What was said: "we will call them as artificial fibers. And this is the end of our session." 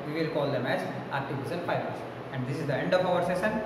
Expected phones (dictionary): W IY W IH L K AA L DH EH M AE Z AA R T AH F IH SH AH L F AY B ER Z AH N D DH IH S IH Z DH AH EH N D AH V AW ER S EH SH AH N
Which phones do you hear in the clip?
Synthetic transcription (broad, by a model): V IY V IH L K AA L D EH M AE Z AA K T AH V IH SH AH N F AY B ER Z AH N D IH S IH Z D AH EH N D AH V AW ER S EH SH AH N